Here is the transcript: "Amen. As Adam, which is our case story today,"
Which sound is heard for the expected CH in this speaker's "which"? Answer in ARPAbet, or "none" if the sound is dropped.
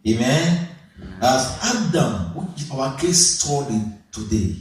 none